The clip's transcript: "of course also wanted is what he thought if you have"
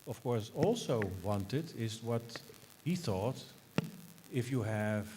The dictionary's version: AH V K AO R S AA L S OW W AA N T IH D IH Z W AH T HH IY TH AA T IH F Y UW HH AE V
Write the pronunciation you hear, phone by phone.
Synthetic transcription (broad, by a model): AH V K AO R S AA L S OW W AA N T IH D IH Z W AH T HH IY TH AA T IH F Y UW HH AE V